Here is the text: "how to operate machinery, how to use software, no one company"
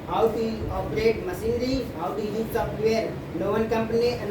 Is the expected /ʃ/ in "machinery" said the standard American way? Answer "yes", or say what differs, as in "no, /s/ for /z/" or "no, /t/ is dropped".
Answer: no, /s/ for /ʃ/